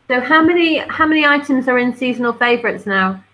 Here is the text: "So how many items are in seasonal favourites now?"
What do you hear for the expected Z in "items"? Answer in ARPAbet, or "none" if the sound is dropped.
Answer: Z